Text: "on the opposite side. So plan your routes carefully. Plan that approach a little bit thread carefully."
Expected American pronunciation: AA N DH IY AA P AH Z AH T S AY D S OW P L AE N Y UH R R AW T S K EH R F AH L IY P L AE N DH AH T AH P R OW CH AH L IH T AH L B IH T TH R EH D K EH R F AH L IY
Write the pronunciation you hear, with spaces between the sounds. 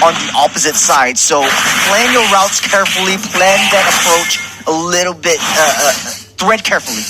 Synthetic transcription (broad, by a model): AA N DH IY AA P AH Z AH T S AY D S OW P L AE N Y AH R R AW T S K EH R F L IY P L AE N DH AH T AH P R OW CH AH L IH T L B IH T TH R EH D K EH R F L IY